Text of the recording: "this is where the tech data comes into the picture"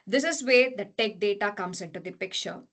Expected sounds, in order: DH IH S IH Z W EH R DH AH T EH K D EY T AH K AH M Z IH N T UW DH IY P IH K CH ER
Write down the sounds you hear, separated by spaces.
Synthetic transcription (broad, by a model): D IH S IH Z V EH R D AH T EH K D EY T AH K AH M S IH N T UW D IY P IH K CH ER